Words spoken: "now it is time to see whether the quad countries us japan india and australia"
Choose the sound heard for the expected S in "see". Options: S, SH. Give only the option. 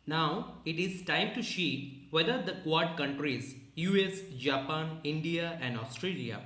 SH